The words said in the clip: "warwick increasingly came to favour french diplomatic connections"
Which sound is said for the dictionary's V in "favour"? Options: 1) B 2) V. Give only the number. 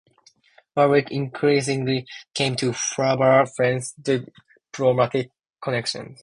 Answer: 1